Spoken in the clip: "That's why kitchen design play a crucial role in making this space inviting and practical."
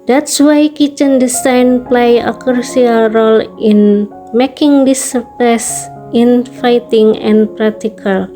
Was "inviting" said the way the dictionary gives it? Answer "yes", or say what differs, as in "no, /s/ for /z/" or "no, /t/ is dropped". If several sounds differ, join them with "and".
no, /f/ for /v/